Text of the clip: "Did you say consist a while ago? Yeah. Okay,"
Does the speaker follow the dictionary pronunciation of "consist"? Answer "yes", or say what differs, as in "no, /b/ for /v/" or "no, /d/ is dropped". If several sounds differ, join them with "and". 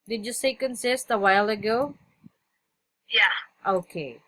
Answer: yes